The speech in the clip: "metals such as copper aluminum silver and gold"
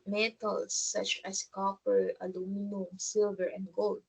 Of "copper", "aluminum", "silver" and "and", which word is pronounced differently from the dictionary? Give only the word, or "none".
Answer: none